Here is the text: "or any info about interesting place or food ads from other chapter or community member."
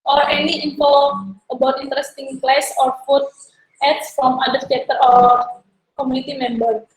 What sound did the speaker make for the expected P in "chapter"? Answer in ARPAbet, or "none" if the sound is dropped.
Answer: none